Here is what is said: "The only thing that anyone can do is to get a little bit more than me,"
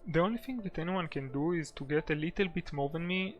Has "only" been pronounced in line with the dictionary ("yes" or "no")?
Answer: yes